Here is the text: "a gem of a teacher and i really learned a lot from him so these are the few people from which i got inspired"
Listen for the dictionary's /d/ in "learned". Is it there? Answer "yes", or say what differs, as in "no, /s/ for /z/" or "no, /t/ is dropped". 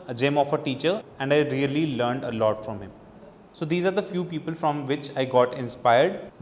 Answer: yes